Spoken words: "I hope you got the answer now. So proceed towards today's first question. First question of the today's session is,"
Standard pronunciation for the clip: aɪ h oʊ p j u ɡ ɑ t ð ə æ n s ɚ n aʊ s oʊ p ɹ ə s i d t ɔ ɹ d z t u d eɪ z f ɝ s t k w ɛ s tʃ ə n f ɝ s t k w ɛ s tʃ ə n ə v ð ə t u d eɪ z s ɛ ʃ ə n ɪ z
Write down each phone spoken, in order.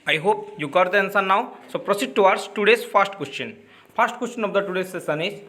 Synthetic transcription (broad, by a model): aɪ h oʊ p j u ɡ ɑ t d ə n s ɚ n aʊ s oʊ p ɹ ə s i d t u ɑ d s t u d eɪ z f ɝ s t k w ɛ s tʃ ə n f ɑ s t k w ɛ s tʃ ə n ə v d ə t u d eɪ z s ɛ s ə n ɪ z